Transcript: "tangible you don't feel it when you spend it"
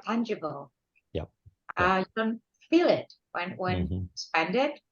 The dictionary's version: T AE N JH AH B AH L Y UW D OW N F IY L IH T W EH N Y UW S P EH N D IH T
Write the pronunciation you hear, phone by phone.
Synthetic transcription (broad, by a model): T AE N JH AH B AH L Y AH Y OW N F IY L IH T W EH N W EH S P EH N D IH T